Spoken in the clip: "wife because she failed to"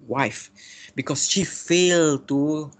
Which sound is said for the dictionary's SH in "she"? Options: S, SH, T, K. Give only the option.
SH